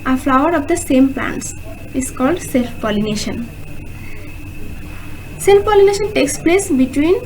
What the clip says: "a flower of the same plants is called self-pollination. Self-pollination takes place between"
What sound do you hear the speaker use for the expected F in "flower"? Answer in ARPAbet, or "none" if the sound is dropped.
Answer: F